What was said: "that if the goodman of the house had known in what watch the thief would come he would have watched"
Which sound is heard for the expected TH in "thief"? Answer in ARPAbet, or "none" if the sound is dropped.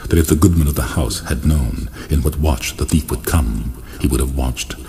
TH